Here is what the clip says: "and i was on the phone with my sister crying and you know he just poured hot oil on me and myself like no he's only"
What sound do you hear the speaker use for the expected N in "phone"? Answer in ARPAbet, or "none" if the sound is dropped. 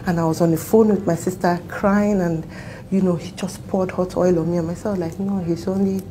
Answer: N